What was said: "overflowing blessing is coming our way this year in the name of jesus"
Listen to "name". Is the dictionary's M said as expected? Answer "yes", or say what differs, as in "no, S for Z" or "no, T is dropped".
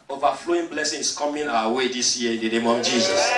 yes